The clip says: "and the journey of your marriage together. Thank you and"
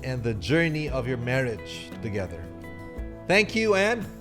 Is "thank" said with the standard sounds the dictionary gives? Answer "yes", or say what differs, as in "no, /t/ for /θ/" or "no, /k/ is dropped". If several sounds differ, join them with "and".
yes